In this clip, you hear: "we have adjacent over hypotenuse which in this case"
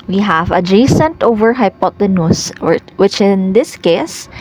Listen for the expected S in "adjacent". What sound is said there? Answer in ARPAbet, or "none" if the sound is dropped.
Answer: S